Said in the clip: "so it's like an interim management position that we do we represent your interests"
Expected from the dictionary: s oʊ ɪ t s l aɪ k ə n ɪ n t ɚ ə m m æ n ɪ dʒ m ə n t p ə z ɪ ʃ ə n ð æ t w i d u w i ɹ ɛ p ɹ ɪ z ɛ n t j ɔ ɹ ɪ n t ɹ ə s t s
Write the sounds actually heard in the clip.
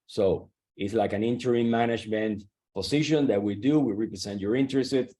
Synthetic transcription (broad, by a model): s oʊ ɪ t s l aɪ k ə n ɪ n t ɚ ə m m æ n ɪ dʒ m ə n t p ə s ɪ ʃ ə n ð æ t w i d u w i ɹ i p ɹ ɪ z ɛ n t j ɔ ɹ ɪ n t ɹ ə s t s